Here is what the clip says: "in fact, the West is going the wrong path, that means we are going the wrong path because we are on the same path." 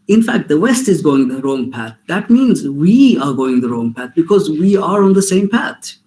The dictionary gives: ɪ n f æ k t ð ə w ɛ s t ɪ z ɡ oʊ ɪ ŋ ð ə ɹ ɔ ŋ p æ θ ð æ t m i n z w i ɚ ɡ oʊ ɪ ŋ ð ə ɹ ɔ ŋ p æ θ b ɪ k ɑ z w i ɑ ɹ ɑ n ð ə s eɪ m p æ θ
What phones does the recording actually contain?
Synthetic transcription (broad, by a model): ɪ n f æ k t ð ə w ɛ s t ɪ z ɡ oʊ ɪ ŋ ð ə ɹ ɔ ŋ p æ t ð æ t m i n z w i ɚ ɡ oʊ ɪ ŋ ð ə ɹ ɔ ŋ p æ t b ɪ k ɑ z w i ɑ ɹ ɑ n ð ə s eɪ m p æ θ